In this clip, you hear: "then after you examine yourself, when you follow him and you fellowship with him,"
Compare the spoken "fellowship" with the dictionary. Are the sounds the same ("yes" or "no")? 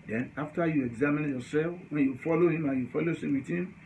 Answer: no